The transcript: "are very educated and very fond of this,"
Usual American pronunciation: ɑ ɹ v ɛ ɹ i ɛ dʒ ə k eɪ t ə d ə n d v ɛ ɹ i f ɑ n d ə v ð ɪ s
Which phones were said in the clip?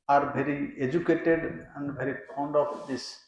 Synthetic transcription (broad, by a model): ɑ ɹ b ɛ ɹ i ɛ dʒ ə k eɪ t ə d ə n d b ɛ ɹ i p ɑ n d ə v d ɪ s